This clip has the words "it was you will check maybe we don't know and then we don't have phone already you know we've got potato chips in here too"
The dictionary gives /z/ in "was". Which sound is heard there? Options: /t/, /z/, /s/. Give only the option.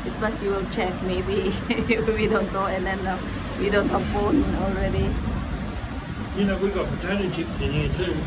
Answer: /s/